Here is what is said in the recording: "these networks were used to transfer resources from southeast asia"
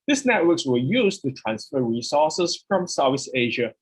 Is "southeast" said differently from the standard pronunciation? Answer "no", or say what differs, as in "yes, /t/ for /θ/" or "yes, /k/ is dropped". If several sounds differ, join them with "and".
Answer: yes, /t/ is dropped